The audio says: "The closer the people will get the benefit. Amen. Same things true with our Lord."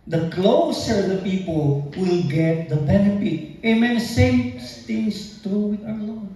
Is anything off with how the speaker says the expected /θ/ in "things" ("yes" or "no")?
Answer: yes